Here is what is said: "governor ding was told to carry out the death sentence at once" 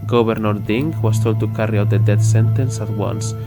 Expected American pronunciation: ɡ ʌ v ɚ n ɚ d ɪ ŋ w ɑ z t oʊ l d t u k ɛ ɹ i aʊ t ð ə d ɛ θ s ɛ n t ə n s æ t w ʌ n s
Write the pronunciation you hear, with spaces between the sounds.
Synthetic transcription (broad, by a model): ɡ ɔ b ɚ n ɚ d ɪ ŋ w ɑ s t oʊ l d t u k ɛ ɹ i aʊ t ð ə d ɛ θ s ɛ n t ə n s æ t w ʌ n s